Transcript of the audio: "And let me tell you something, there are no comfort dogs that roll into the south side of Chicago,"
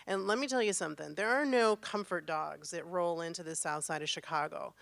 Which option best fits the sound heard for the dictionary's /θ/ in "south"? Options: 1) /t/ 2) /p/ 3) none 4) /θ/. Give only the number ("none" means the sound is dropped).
4